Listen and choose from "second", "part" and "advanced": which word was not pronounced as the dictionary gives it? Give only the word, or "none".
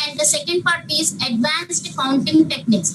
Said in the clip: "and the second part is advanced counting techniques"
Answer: none